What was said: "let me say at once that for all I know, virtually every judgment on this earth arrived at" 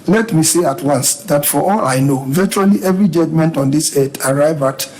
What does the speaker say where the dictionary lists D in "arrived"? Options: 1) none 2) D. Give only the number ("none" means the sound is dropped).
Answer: 1